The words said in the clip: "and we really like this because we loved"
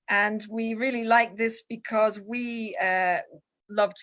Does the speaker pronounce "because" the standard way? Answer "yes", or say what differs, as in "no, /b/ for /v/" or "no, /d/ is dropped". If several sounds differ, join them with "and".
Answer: yes